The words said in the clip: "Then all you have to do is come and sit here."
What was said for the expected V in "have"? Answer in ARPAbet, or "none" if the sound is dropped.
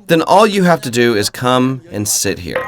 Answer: F